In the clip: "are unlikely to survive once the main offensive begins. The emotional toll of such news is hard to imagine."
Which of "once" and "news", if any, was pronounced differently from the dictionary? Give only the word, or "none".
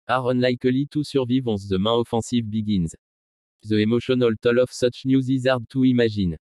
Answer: once